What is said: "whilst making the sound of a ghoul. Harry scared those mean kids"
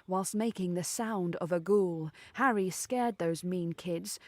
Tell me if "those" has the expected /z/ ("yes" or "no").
yes